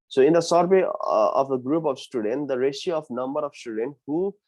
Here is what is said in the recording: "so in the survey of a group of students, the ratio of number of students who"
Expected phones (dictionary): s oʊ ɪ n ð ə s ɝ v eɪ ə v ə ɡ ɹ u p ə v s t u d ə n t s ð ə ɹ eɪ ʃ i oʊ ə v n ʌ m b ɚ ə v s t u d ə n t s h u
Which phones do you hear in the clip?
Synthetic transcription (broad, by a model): s oʊ ɪ n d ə s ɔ b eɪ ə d ə ɡ ɹ u p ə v s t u d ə n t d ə ɹ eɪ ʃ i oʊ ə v n ʌ m b ɚ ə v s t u d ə n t h u